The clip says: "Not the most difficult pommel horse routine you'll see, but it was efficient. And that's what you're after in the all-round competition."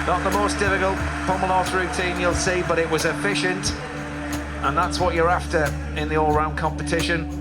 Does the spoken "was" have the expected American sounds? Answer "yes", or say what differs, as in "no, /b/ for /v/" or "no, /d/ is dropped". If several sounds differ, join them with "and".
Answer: yes